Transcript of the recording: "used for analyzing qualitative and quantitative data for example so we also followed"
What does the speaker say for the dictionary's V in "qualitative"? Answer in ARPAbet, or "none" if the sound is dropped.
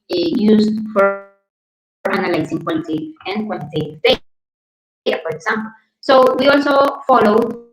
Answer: none